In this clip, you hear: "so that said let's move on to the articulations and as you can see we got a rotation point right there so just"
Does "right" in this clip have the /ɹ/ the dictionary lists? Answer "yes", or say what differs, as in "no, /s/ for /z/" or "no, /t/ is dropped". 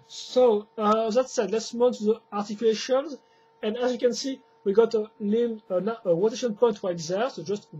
no, /w/ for /ɹ/